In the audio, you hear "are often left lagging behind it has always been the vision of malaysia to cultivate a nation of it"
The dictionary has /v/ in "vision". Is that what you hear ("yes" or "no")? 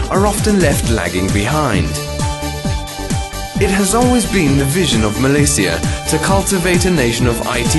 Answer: yes